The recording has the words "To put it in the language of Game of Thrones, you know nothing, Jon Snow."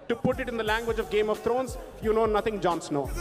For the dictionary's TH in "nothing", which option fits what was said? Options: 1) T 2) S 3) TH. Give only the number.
1